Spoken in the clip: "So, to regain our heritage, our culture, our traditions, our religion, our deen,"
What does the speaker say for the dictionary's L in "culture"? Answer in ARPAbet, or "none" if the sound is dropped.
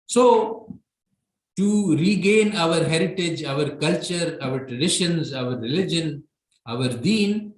L